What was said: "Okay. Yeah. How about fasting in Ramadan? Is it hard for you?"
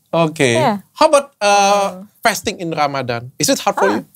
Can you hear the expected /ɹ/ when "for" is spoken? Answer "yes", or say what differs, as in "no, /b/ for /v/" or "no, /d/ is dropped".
no, /l/ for /ɹ/